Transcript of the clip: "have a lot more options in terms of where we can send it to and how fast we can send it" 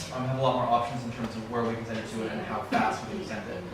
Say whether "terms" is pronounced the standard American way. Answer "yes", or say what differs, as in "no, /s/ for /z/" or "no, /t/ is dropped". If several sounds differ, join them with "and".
yes